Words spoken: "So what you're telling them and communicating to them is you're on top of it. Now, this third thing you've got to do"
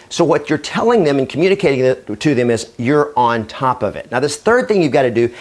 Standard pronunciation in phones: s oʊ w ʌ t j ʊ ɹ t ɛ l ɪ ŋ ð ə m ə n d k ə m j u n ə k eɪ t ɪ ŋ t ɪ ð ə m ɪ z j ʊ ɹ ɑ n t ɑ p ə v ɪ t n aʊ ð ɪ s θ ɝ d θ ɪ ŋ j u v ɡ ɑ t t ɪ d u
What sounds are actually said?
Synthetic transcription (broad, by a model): s oʊ w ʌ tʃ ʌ ɹ t ɛ l ɪ ŋ ð ə m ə n k m j u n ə k eɪ t ɪ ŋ t ɪ ð ə m ɪ z j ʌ ɹ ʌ n t ɑ p ə v ɪ t n aʊ ð ɪ s θ ɝ d θ ɪ ŋ j u v ɡ ɑ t t ɪ d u